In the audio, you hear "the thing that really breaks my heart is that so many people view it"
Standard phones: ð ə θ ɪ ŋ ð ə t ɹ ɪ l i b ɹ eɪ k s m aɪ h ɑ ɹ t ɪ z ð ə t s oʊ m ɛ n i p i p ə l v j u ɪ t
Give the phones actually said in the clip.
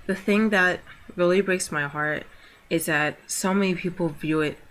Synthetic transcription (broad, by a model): ð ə θ ɪ ŋ ð ə t ɹ ɪ l i b ɹ eɪ k s m aɪ h ɑ ɹ t ɪ z ð ə t s oʊ m ɛ n i p i p l v j u ɪ t